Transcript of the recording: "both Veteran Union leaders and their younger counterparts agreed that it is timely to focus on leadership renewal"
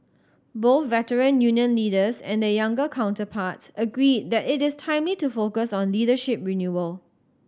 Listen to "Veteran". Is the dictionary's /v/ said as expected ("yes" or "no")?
yes